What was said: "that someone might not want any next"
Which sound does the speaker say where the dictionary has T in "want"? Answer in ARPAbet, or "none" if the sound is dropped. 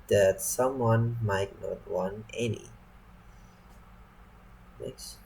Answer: none